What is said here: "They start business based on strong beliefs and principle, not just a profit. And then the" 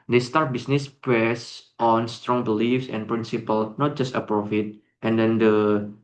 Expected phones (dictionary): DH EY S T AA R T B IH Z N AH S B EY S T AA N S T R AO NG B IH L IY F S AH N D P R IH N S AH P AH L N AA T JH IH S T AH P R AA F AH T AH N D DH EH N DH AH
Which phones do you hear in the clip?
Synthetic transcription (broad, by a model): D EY S T AA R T B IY S N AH S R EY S T AA N S T R AO NG B IH L IY F S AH N P R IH N S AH P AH L N AA T JH IH S T AH P R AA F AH T AH N D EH N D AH